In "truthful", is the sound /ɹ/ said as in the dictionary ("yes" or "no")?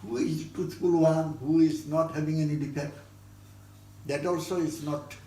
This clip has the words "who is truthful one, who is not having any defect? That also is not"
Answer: no